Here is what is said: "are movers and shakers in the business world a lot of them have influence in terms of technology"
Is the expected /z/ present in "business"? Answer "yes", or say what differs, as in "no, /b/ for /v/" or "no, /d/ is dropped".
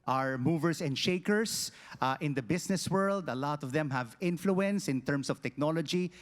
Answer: no, /s/ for /z/